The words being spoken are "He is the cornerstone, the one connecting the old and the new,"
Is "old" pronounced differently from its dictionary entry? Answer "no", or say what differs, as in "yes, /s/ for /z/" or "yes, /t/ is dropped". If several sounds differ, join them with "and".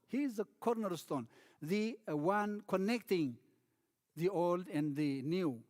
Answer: no